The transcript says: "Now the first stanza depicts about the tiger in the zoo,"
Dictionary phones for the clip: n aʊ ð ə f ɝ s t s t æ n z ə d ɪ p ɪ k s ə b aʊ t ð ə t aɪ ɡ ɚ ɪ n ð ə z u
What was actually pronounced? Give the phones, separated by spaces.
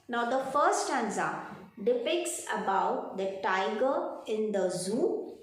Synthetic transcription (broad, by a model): n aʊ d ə f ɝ t s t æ n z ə d ɪ p ɪ k s ə b aʊ t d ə t aɪ ɡ ɚ ɪ n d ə z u